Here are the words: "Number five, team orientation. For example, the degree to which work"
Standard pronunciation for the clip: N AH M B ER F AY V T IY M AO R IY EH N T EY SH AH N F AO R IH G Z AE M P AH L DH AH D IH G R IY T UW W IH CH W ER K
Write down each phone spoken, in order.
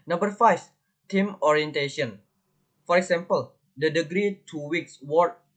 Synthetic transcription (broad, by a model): N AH M B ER F AY F T IY M AO R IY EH N T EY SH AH N F AO R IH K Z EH M P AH L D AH D IH G R IY T UW W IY S W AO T